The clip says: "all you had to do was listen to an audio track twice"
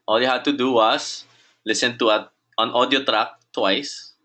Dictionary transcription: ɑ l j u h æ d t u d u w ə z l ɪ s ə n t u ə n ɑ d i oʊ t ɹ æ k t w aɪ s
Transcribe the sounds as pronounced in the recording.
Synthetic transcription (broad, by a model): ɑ l j u h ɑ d t u d u w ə s l ɪ s ə n t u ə n ɑ d i oʊ t ɹ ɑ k t w aɪ s